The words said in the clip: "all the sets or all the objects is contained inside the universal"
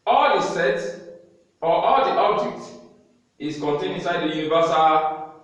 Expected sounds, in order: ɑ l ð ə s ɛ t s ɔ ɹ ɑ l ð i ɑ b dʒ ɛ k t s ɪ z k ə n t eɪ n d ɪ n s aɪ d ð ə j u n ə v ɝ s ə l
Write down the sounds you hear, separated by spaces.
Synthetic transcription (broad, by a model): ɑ l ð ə s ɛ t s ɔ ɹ ɑ l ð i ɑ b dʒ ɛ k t ɪ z k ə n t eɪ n ɪ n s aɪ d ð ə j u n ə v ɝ s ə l